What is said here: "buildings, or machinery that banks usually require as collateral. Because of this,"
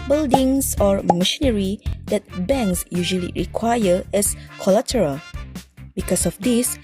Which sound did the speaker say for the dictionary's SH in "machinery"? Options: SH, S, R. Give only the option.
SH